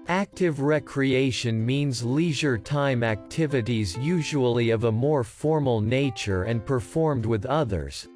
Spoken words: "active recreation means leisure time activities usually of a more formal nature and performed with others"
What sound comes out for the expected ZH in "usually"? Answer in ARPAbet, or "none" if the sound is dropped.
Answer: ZH